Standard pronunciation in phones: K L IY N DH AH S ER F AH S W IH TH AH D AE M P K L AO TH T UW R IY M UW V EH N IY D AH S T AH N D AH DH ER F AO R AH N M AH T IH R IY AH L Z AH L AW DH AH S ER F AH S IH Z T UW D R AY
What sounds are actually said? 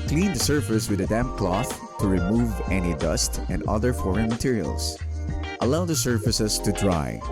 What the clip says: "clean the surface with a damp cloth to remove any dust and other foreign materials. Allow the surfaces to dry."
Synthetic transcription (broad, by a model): K L IY N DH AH S ER F AH S W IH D AH D AE M P K L AO TH T UW R IY M UW V EH N IY D AH S T AH N D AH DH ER F AO R AH N M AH T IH R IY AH L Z AH L AW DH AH S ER F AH S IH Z T UW D R AY